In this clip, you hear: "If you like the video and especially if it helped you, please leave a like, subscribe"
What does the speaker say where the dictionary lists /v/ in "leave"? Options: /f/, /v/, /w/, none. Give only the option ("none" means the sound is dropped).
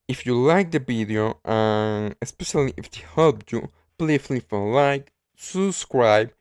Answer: /f/